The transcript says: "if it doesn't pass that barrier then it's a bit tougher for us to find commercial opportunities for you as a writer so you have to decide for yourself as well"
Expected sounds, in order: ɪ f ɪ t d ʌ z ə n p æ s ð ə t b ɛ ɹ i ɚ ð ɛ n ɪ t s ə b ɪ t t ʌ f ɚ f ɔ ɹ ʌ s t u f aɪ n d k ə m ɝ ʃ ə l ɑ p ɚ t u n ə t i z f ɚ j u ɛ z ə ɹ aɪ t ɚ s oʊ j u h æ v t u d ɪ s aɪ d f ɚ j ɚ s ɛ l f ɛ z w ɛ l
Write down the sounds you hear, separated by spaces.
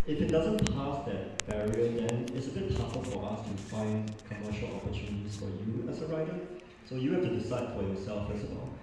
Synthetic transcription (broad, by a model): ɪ f ɪ t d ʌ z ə n p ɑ s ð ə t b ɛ ɹ i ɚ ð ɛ n ɪ t s ə b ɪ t t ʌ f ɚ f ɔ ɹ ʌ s t u f aɪ n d k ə m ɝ ʃ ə l ɑ p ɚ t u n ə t i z f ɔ j u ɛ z ə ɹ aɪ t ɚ s oʊ j u h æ f t u d ɪ s aɪ d f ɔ j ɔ s ɛ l f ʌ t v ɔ l